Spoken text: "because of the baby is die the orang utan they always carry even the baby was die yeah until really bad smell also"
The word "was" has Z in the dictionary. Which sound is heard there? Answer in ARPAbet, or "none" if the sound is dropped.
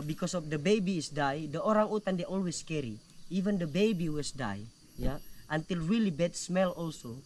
S